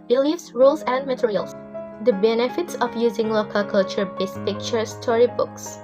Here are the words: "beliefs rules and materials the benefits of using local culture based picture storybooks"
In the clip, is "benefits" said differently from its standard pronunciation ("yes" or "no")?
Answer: no